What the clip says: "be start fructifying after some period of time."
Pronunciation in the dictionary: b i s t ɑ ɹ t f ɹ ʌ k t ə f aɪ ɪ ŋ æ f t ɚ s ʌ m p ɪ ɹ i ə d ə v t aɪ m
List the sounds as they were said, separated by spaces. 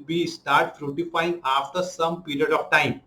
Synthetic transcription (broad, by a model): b i s t ɑ ɹ t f ɹ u t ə f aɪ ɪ ŋ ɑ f t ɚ s ʌ m p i ɹ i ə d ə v t aɪ m